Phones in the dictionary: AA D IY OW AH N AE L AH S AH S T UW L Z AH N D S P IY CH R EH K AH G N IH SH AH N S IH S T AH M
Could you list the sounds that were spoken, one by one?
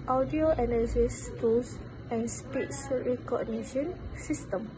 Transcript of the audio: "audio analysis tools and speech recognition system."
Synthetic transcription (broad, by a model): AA D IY OW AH N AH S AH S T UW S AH N S P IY S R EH K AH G N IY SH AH N S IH S T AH M